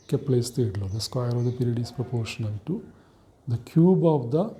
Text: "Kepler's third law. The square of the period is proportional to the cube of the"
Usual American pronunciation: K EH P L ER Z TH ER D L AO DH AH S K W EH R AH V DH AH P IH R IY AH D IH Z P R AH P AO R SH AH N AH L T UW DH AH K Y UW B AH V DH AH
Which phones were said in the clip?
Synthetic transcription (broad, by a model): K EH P L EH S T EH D L AO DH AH S K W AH R AH V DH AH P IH R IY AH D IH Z P R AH P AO R SH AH N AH N T UW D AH K Y UW B AH V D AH